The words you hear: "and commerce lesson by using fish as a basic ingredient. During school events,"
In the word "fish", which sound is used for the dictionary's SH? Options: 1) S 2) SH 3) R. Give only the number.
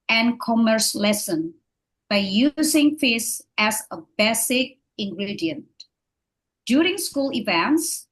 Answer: 1